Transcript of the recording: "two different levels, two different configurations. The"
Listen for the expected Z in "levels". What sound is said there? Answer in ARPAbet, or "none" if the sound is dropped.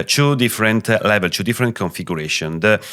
none